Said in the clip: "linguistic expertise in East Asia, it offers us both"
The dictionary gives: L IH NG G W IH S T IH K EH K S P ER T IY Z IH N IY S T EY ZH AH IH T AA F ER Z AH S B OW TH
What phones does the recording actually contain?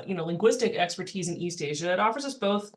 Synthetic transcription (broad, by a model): L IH NG G W IH S T IH K EH K S P ER T IY Z IH N IY S T EY ZH AH IH T AA F ER Z AH S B OW TH